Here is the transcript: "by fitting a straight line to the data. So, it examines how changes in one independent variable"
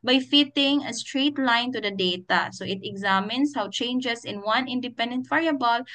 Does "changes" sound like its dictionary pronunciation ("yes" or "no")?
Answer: no